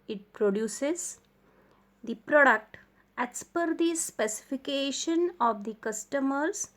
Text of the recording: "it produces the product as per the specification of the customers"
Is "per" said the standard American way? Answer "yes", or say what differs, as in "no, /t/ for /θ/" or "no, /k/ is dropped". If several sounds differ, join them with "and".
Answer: yes